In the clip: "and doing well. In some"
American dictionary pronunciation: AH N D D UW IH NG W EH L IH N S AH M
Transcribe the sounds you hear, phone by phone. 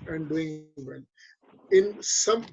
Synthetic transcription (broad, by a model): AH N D D UW IH NG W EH N IH N S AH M